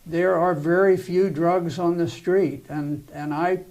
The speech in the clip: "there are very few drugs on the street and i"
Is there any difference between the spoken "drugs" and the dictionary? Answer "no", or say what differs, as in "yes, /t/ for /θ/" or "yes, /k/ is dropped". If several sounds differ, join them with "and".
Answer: no